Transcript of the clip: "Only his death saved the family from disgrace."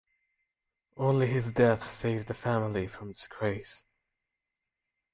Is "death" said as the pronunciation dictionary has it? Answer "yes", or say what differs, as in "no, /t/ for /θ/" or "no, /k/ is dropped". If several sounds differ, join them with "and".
yes